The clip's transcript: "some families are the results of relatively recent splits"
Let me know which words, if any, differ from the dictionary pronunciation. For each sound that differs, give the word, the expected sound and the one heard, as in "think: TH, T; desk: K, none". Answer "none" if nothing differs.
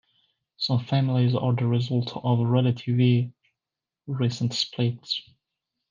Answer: results: S, none